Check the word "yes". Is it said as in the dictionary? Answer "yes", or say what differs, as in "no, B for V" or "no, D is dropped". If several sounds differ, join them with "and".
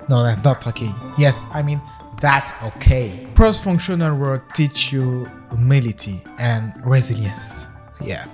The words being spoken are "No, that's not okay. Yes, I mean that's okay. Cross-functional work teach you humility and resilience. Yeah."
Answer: yes